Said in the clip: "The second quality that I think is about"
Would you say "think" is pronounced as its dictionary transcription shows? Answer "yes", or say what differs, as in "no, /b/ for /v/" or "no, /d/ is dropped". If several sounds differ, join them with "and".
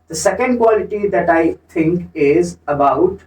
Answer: no, /t/ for /θ/